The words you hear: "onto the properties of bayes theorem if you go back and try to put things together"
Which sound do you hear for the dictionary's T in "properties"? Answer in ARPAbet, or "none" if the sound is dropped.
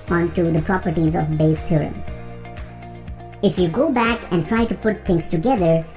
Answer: T